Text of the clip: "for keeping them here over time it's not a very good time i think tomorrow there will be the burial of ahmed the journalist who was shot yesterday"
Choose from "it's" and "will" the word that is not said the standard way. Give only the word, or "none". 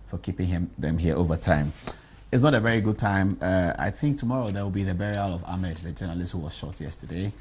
none